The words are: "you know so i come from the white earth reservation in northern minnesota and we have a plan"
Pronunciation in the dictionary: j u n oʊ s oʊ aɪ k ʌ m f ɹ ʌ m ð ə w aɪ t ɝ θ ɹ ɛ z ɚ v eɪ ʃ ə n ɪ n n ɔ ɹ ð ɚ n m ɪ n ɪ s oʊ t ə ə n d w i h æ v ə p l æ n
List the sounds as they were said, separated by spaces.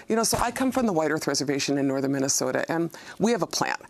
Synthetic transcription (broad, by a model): j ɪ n oʊ s oʊ aɪ k ʌ m f ɹ ʌ m ð ə w aɪ t ɝ θ ɹ ɛ z ɚ v eɪ ʃ ə n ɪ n n ɔ ɹ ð ɚ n m ɪ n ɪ s oʊ t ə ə n w i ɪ v ə p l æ n